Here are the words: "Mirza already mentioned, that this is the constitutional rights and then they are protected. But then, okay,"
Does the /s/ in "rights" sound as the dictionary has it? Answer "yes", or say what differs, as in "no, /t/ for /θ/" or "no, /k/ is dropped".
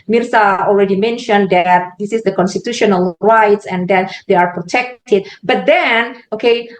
yes